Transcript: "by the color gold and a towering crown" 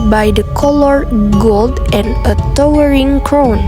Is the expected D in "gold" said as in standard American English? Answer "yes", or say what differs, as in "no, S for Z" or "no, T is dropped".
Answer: yes